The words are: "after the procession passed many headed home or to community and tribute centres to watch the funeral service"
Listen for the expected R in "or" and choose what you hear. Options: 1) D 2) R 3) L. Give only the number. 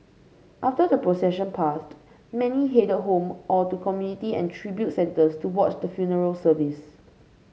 3